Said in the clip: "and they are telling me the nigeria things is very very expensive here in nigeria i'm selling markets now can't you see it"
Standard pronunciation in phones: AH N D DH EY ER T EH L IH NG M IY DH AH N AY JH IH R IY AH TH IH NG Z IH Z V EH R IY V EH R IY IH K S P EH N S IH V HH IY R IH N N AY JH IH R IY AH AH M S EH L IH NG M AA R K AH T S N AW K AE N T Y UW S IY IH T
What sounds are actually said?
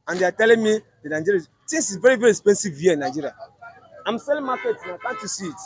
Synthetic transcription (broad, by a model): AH N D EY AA T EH L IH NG M IY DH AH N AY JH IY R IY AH T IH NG S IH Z V EH R IY V EH R IY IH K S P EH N S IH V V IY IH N N AY JH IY R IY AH AH M S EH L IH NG M AA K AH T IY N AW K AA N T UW S IY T